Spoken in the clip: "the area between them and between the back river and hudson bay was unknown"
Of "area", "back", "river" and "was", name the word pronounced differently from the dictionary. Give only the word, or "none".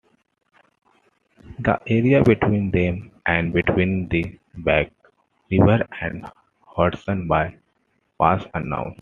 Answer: was